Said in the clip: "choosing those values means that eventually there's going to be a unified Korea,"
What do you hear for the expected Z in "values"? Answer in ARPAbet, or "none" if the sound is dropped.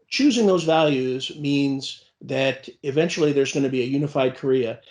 Z